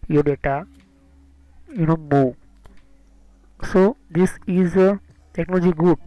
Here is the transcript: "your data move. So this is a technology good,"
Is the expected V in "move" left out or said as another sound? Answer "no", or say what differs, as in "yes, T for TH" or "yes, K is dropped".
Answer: yes, B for V